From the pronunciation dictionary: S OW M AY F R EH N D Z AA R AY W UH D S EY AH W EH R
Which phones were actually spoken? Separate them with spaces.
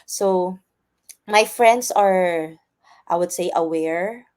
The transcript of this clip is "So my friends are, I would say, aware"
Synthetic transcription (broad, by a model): S OW M AY F R EH N D S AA R AY W UH D S EY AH W EH R